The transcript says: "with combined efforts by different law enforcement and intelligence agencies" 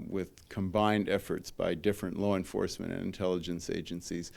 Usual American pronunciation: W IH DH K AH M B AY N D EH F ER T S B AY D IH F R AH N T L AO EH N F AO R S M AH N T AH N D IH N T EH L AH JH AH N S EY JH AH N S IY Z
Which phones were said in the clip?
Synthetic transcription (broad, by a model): W IH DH K AH M B AY N D EH F ER T S B AY D IH F R AH N T L AO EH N F AO R S M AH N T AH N IH N T EH L AH JH AH N S EY JH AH N S IY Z